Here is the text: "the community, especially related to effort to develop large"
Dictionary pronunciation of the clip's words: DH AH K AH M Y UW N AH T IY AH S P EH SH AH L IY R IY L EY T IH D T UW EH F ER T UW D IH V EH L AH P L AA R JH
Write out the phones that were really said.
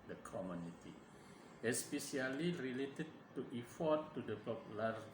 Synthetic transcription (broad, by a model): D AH K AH M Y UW N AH T IY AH S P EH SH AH L IY R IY L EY T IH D T UW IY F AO T UW D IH P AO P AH L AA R